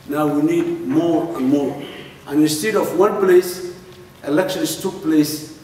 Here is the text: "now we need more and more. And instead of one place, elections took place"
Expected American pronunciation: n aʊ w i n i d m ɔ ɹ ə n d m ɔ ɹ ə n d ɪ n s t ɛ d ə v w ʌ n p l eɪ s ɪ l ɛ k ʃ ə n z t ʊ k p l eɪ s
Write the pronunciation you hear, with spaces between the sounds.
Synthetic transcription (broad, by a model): n aʊ w i n i d m ɔ ɹ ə n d m ɔ ɹ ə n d ɪ n s t ɛ d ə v w ʌ n p l eɪ s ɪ l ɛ k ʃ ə n s t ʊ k p l eɪ s